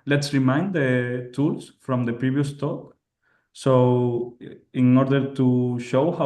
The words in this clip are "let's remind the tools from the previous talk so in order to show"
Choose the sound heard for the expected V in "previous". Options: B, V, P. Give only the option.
B